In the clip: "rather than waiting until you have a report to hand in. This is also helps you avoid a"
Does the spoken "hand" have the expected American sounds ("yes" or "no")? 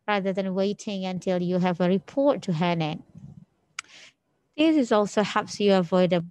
no